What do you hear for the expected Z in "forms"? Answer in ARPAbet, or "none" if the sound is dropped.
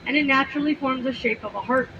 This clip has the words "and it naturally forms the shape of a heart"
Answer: Z